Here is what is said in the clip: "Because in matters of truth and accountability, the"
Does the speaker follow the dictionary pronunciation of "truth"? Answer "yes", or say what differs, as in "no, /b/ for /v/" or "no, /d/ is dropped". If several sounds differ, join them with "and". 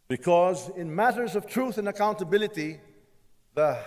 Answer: yes